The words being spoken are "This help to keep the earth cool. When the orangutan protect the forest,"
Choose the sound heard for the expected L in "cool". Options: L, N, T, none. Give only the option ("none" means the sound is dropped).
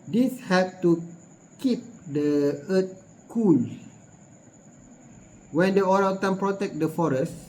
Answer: N